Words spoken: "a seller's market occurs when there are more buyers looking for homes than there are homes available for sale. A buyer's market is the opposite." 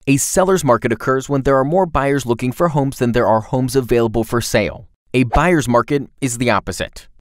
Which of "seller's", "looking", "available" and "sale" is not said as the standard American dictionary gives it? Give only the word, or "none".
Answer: none